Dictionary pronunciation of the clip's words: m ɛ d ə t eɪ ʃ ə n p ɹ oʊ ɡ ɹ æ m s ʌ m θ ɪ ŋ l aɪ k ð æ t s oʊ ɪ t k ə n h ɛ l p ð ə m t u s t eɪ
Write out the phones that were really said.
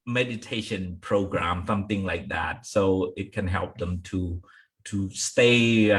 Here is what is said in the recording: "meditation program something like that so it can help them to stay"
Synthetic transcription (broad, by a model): m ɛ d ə t eɪ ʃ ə n p ɹ oʊ ɡ ɹ æ m s ʌ m θ ɪ ŋ l aɪ k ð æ t s oʊ ɪ t k ə n h ɛ l p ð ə m t u s t eɪ